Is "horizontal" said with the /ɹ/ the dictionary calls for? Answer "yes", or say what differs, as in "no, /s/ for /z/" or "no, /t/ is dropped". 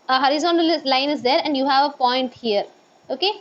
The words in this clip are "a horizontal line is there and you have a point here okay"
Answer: yes